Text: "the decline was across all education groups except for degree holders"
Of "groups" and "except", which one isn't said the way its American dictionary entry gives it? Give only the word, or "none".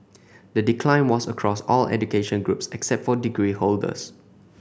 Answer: none